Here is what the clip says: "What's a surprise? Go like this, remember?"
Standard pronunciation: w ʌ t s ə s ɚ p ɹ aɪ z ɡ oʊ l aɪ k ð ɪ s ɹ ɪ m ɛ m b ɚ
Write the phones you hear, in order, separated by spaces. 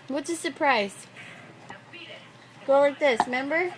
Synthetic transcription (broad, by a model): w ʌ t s ə s ɚ p ɹ aɪ z ɡ oʊ w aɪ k ð ɪ s m ɛ m b ɚ